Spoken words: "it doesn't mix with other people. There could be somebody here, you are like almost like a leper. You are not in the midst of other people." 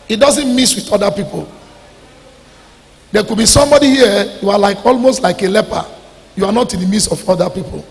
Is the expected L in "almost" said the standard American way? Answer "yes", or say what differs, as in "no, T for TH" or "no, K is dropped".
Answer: yes